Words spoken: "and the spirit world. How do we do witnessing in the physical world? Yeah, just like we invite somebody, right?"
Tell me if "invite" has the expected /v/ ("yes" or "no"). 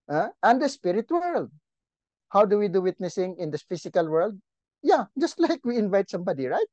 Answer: yes